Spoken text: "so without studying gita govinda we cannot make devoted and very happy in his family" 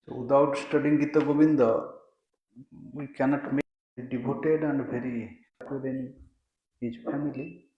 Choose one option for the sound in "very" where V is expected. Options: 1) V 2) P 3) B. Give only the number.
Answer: 2